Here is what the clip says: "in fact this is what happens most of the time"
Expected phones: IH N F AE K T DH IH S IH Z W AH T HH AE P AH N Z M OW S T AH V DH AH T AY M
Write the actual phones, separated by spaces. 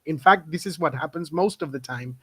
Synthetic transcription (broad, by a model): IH N F AE K T DH IH S IH Z W AH T HH AE P AH N Z M OW S T AH V DH AH T AY M